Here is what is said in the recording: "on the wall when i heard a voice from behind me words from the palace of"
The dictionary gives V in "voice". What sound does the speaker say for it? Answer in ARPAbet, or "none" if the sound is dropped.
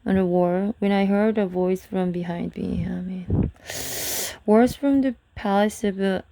V